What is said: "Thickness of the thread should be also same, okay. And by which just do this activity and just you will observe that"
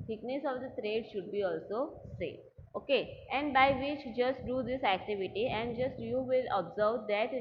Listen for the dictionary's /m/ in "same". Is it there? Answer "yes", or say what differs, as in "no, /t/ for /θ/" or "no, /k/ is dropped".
no, /m/ is dropped